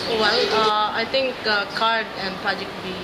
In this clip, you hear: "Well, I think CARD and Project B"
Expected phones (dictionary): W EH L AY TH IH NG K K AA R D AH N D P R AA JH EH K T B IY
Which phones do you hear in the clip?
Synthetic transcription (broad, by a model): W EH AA AY T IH NG K K AA R D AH N P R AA JH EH K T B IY